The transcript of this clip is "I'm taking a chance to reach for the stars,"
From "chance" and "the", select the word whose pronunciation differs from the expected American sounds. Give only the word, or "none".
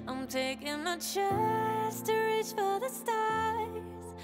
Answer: chance